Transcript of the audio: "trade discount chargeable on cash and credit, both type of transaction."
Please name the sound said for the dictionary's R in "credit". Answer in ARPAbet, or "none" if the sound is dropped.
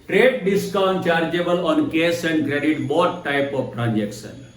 R